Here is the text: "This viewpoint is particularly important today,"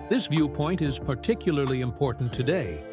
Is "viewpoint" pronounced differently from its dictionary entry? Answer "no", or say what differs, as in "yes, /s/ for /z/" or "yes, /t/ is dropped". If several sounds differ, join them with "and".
no